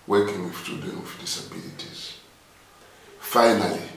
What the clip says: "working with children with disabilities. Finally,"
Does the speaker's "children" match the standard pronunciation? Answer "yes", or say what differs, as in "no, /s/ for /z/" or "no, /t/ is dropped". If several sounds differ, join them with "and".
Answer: no, /l/ is dropped and /ɹ/ is dropped